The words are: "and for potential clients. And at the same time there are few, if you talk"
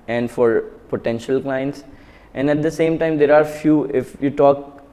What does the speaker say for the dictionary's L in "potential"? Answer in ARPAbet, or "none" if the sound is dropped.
L